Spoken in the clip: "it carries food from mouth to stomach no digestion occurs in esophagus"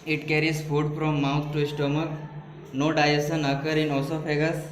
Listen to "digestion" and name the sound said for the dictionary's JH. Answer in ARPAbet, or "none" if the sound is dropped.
none